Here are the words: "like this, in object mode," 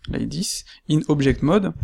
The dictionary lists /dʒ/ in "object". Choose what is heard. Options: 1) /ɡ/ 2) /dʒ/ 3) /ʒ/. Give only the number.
3